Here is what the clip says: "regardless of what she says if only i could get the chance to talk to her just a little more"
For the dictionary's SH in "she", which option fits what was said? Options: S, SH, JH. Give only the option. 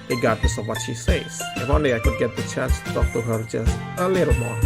SH